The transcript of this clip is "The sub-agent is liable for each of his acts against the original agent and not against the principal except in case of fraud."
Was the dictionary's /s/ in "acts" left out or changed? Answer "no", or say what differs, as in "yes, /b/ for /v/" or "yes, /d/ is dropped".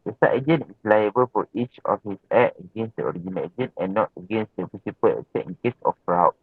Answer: yes, /s/ is dropped